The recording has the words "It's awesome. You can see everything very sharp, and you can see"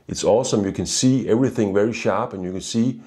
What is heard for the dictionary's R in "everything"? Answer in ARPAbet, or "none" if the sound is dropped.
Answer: R